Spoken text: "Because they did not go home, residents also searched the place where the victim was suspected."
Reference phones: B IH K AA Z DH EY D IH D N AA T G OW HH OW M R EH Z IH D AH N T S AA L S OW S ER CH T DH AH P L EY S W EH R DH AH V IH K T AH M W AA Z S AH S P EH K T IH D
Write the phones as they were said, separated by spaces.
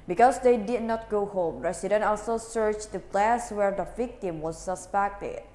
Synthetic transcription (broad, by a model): B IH K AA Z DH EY D IH D N AA T G OW HH OW M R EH S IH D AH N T AA L S OW S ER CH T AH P L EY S W EH R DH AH V IH K T AH M W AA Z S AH S P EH K T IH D